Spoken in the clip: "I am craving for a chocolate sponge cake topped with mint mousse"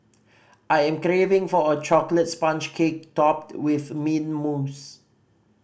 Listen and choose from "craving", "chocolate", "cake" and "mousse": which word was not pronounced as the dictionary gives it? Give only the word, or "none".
none